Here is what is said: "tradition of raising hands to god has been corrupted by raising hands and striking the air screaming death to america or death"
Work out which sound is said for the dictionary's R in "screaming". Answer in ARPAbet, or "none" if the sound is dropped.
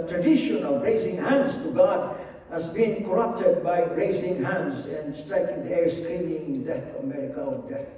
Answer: L